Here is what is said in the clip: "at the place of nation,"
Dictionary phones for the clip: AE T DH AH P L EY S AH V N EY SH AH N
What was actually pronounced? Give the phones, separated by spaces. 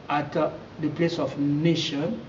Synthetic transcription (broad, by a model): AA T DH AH P L EY S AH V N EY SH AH N